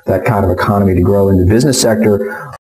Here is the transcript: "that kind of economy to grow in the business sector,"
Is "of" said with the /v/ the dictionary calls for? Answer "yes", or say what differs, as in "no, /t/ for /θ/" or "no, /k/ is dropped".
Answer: yes